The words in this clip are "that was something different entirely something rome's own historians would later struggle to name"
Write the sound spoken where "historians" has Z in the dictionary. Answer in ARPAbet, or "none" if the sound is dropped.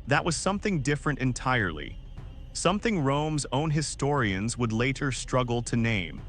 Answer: Z